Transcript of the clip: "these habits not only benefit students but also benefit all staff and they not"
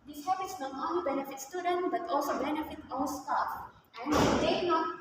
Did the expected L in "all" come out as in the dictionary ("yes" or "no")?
no